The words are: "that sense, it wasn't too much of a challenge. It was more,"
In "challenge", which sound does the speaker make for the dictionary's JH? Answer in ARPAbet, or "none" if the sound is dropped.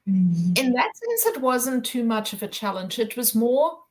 JH